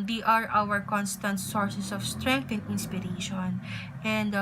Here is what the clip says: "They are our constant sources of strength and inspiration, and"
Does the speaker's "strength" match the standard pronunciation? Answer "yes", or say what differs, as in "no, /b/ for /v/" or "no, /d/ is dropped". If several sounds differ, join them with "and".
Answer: no, /t/ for /θ/